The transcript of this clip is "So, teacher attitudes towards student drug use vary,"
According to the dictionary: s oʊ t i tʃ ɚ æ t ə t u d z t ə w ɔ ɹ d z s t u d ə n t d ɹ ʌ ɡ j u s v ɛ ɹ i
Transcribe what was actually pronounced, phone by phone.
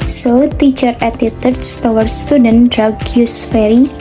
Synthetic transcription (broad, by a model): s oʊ t i tʃ ɚ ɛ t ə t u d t t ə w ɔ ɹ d s t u d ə n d ɹ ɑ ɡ j u s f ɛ ɹ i